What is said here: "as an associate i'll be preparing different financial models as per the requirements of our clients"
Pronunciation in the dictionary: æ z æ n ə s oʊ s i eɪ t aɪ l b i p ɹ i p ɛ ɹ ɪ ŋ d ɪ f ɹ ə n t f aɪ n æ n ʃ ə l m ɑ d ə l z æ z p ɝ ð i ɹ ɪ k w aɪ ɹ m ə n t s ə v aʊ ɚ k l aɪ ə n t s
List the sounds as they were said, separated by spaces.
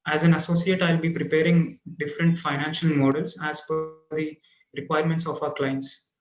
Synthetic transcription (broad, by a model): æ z æ n ə s oʊ s i eɪ t aɪ l b i p ɹ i p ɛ ɹ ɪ ŋ d ɪ f ɹ ə n t f aɪ n æ n ʃ ə l m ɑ d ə l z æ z f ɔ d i ɹ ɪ k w aɪ ɹ m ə n t s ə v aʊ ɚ k l aɪ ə n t s